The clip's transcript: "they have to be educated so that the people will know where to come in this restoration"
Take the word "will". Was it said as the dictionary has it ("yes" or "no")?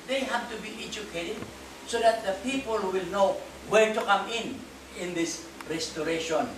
yes